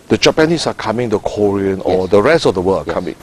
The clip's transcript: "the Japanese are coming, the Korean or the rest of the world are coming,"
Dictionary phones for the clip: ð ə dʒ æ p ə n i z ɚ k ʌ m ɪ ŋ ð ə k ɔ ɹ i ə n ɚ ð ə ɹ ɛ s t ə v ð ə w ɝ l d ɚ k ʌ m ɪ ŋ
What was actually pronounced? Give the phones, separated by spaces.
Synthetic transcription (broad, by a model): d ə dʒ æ p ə n i s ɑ k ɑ m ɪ ŋ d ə k ɔ ɹ i ə n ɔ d ə ɹ ɛ s t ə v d ə w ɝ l ɑ k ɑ m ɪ ŋ